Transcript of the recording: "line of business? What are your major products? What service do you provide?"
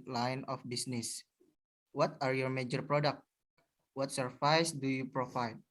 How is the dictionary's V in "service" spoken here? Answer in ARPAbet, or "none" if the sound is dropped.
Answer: F